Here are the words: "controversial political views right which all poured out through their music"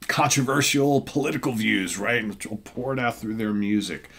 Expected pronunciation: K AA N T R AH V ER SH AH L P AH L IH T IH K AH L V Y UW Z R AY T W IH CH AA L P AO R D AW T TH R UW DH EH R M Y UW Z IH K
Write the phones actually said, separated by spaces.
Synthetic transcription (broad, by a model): K AA N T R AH V ER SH L P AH L IH T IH K L V Y UW Z R AY T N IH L P AO R D AW T TH R UW DH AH R M Y UW Z IH K